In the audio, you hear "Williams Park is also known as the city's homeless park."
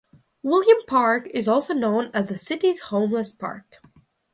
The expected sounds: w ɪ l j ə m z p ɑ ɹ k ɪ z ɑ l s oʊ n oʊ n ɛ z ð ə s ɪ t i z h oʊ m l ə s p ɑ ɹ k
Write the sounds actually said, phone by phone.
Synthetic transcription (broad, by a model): w ɪ l j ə m p ɑ ɹ k ɪ z ɑ l s oʊ n oʊ n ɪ z ð ə s ɪ t i z h oʊ m l ə s p ɑ ɹ k